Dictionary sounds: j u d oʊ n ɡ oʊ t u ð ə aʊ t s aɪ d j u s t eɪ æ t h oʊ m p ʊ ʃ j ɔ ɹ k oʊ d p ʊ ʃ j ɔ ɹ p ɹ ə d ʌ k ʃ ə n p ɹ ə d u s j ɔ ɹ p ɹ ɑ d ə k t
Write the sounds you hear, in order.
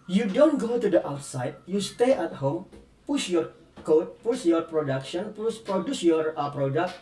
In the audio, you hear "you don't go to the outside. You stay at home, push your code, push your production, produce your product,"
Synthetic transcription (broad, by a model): j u d oʊ n ɡ oʊ t u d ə aʊ t s aɪ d j u s t eɪ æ t h oʊ m p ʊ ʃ j ɔ ɹ k oʊ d p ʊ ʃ j ɔ ɹ p ɹ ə d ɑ k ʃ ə n p ɹ ə d u s j ɔ ɹ p ɹ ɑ d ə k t